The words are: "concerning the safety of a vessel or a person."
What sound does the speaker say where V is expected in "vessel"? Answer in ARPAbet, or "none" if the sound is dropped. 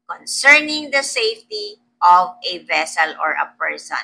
V